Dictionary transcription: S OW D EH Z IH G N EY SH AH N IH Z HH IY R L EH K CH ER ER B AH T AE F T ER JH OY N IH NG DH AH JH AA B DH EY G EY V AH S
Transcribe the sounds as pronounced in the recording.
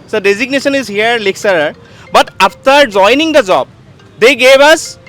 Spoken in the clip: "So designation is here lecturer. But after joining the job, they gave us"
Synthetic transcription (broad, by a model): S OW D EH Z IH G N EY SH AH N IH Z HH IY R L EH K S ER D B AH T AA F T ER JH OY N IH NG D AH JH AA B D EY G EY V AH S